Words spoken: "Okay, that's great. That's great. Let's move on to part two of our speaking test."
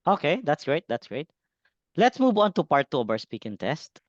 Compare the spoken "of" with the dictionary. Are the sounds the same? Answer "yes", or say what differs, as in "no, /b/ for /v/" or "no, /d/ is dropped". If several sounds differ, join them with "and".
no, /b/ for /v/